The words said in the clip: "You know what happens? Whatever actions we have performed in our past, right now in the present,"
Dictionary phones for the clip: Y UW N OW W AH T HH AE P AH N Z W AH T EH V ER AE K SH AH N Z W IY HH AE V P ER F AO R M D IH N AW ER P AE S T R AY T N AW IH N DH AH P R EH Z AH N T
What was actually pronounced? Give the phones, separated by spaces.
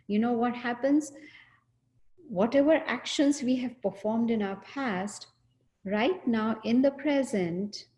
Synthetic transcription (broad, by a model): Y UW N OW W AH T HH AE P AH N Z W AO T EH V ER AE K SH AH N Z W IY HH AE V P ER F AO R M D IH N AW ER P AE S T R AY T N AW IH N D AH P R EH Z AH N T